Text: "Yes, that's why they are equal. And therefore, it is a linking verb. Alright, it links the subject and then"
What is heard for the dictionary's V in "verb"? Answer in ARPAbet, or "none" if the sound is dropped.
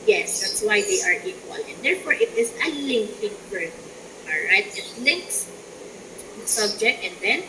F